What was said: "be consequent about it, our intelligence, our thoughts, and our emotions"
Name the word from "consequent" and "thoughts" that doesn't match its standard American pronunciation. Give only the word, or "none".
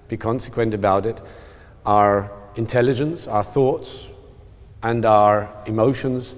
none